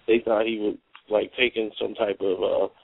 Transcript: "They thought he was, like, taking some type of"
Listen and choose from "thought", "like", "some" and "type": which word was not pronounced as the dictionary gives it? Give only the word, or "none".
none